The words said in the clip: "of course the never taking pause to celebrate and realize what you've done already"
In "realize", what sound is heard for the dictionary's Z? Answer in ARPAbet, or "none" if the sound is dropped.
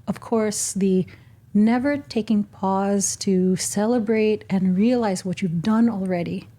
Z